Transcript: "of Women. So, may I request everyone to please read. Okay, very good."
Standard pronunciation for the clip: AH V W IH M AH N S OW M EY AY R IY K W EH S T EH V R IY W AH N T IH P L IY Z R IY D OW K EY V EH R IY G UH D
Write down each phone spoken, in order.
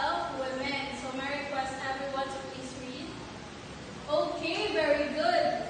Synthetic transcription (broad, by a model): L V W IH M AH N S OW M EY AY R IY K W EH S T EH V R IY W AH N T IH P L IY S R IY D OW K EY V EH R IY G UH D